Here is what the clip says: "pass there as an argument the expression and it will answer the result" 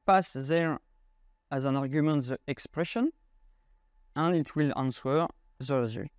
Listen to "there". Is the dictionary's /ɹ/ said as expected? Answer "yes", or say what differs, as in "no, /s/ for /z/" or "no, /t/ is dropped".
yes